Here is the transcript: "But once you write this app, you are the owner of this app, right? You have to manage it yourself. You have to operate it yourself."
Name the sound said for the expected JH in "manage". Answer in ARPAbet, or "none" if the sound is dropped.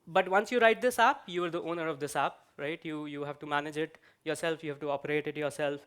JH